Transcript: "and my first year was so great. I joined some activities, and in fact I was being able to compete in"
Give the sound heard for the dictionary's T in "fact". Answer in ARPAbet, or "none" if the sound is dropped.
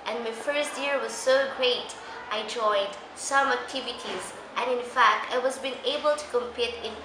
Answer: T